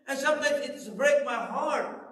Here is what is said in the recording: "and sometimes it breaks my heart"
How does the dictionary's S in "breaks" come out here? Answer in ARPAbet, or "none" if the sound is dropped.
none